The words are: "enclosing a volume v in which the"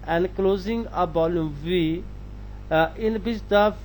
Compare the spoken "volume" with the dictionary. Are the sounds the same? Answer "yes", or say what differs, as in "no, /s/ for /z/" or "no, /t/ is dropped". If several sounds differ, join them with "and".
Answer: no, /b/ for /v/